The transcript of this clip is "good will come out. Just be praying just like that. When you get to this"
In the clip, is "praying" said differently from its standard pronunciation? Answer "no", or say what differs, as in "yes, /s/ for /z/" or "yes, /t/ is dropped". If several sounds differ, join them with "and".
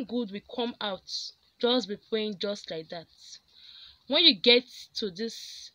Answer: yes, /l/ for /ɹ/